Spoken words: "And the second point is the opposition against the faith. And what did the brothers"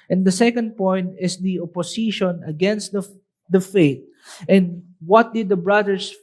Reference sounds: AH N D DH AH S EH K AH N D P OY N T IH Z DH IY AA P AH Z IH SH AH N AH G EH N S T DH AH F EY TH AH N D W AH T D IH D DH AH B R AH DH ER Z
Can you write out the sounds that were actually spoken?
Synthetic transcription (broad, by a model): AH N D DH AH S EH K AH N D P OY N T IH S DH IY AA P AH S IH SH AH N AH G EH N S T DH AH F EY T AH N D W AH T D IH D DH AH B R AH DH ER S